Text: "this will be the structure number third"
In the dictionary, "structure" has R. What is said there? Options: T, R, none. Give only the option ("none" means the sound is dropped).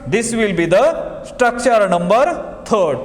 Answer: R